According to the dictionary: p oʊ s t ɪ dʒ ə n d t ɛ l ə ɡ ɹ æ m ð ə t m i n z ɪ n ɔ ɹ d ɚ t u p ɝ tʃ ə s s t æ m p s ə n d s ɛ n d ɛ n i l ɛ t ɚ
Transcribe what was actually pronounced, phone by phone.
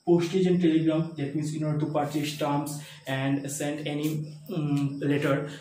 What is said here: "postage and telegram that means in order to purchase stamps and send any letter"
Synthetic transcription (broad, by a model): p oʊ s t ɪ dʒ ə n t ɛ l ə ɡ ɹ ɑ m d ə t m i n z ɪ n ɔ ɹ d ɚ t u p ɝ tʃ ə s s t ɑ m s ə n d s ɛ n d ɛ n i l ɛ t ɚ